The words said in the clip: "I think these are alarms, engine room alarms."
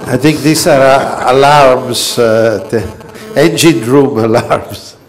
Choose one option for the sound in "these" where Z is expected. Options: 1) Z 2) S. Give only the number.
2